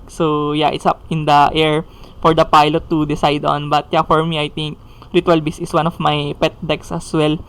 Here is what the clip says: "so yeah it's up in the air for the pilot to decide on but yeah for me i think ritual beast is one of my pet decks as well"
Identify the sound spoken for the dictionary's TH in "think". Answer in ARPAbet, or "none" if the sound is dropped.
T